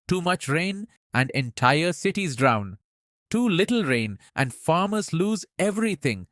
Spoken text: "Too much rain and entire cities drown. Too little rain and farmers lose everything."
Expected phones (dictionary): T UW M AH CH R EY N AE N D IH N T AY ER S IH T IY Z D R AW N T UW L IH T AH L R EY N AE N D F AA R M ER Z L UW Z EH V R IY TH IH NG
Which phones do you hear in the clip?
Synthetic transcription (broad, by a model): T UW M AH CH R EY N AE N D IH N T AY ER S IH T IY Z D R AW N T UW L IH T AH L R EY N AE N D F AA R M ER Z L UW Z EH V R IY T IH NG